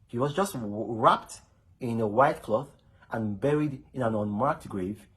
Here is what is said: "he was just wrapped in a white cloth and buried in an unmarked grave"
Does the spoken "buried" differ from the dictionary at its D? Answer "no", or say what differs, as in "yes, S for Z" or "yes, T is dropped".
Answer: no